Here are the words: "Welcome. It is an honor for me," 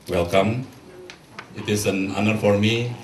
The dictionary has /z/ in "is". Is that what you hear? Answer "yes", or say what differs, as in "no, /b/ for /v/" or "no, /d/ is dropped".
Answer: no, /s/ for /z/